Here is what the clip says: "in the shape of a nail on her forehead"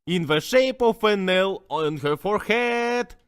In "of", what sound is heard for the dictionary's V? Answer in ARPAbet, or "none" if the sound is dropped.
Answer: F